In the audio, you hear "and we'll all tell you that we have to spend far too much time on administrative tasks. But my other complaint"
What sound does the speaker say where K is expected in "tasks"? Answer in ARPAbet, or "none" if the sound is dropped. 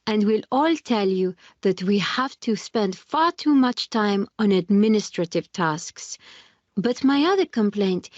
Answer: K